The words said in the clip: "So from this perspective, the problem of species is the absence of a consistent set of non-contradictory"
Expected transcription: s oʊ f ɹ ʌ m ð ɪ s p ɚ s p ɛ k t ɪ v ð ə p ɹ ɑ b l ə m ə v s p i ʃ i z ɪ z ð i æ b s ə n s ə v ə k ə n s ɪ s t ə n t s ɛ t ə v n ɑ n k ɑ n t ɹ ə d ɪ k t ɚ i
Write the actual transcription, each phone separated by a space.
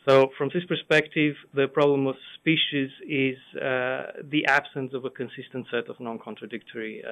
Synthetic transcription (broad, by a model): s oʊ f ɹ ʌ m ð ɪ s p ɚ s p ɛ k t ɪ v ð ə p ɹ ɑ b l ə m ə v s p i ʃ i z ɪ z ð i æ b s ə n s ə v ə k ə n s ɪ s t ə n t s ɛ t ə v n ɑ n k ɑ n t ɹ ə d ɪ k t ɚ i